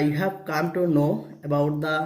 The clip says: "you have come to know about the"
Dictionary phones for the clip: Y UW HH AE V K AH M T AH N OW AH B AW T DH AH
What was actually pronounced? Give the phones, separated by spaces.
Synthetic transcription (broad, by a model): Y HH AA P K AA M T AH N OW AH B AW T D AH